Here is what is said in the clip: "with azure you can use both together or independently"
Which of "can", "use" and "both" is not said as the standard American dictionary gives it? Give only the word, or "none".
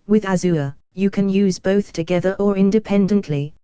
none